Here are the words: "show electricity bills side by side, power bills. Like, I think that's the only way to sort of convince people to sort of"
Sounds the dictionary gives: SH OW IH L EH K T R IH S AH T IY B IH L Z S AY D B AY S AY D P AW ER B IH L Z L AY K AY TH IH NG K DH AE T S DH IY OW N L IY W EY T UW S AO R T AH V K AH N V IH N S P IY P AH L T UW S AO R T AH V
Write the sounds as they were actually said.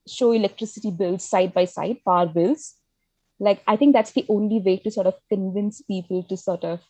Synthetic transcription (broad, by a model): SH OW IH L EH K T R IH S AH T IY B IH L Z S AY D B AY S AY D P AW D B IH L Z L AY K AY T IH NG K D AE T S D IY OW N L IY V EY T UW S AO R T AH V K AH N V IH N S P IY P AH L T UW S AO R T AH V